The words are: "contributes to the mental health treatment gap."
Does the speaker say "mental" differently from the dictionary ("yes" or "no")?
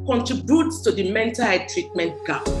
no